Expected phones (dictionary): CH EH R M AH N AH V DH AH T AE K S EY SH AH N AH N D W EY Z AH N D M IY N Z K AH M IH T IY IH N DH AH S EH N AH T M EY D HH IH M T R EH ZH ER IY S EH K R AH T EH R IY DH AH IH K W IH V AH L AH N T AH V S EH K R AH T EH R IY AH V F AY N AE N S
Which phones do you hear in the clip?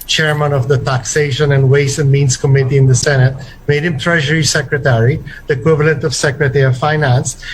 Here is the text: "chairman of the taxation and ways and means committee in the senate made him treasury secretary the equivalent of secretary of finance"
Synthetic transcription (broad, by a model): CH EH R M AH N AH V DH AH T AE K S EY SH AH N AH N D W EY S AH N M IY N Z K AH M IH T IY IH N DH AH S EH N AH T M EY D HH IH M T R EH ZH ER IY S EH K R AH T EH R IY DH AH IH K W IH V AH L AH N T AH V S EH K R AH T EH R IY AH V F AY N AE N S